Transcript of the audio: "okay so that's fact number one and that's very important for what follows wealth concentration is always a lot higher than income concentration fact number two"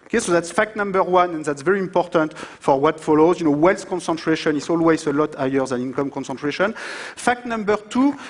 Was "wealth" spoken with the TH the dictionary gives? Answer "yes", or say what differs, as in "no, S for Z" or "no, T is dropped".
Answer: no, S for TH